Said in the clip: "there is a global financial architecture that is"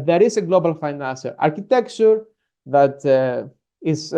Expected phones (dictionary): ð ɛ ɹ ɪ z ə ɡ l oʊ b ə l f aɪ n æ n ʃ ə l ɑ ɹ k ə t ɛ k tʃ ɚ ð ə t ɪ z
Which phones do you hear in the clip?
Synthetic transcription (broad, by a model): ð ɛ ɹ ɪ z ə ɡ l oʊ b ə l f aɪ n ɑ n s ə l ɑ ɹ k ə t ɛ k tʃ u ð ə t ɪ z